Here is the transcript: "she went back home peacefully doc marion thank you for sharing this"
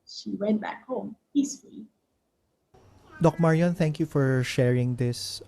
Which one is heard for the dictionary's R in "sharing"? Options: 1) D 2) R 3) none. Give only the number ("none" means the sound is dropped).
2